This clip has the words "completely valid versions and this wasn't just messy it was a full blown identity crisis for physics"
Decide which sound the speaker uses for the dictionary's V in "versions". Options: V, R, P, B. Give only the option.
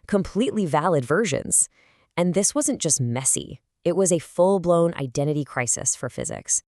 V